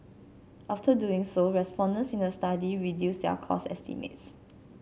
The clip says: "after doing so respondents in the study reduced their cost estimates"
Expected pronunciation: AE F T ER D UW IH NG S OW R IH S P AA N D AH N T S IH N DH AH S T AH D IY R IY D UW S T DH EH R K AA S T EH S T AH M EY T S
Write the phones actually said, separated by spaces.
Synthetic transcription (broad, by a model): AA F T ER D UW IH NG S OW R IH S P AA N D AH N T S IH N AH S T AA D IY R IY D UW S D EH K AA S EH S T AH M EY T S